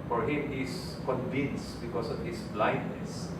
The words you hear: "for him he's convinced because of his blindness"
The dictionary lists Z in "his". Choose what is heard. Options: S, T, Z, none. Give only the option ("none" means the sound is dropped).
S